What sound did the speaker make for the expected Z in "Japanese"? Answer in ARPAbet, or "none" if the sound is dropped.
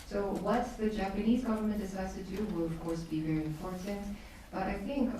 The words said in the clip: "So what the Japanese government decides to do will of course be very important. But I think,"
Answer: Z